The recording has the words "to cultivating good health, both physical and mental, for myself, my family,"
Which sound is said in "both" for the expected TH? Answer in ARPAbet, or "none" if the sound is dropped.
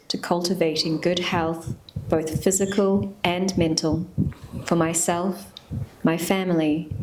TH